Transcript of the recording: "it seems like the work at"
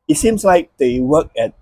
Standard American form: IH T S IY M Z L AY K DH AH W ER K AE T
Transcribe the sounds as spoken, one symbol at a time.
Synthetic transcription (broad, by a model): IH T S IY M S L AY K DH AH W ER K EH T